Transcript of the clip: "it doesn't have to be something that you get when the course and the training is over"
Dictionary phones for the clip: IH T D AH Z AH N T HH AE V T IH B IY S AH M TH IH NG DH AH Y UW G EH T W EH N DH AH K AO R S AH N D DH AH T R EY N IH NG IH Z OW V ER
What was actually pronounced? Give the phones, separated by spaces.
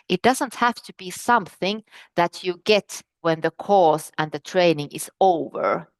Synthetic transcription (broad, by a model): IH T D AH Z AH N T HH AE F T IH B IY S AH M TH IH NG DH AH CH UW G EH T W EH N DH AH K AO R S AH N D DH AH T R EY N IH NG IH Z OW V ER